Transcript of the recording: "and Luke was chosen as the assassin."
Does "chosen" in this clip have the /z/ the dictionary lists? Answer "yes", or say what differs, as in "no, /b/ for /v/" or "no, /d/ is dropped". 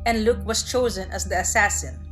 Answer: yes